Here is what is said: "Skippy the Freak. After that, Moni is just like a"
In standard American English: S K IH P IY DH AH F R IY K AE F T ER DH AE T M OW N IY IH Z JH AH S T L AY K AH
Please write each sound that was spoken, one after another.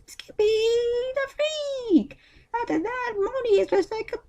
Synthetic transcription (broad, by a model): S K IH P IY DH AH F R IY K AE T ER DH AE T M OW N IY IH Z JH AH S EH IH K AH